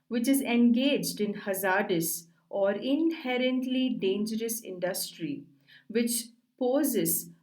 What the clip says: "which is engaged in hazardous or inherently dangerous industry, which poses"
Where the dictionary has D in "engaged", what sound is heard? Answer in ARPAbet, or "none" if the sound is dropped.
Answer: D